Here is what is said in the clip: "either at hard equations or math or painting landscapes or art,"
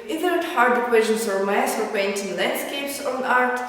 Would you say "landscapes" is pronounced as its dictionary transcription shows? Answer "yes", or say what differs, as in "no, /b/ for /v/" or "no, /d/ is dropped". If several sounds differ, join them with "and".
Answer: yes